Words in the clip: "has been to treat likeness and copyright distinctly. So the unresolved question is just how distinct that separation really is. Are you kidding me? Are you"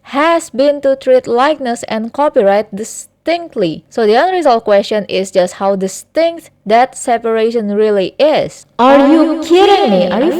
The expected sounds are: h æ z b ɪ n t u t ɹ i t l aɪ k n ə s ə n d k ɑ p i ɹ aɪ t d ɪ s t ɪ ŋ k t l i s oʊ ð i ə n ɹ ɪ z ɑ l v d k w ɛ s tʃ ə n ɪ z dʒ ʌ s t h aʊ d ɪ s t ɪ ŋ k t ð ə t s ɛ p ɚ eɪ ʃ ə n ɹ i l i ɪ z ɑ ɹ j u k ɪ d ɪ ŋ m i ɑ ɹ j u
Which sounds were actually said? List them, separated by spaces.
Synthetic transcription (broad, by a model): h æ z b ɪ n t u t ɹ i t l aɪ k n ə s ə n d k ɑ p i ɹ aɪ t d ɪ s t ɪ ŋ k t l i s oʊ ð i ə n ɹ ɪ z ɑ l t k w ɛ s tʃ ə n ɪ s dʒ ʌ s t h aʊ d ɪ s t ɪ ŋ k t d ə t s ɛ p ɚ eɪ ʃ ə n ɹ i l i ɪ s ɑ ɹ j u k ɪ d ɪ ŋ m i ɑ ɹ j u